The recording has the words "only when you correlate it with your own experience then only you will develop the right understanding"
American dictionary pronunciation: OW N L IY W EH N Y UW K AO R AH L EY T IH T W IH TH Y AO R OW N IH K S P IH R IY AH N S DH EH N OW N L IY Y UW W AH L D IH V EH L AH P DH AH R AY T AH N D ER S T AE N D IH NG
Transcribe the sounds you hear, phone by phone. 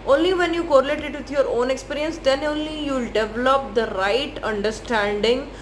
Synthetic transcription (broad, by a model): OW N L IY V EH N Y UW K AO R AH L EY T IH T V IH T Y AO R OW N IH K S P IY R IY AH N S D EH N OW N L IY Y UW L D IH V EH L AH P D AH R AY T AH N D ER S T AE N D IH NG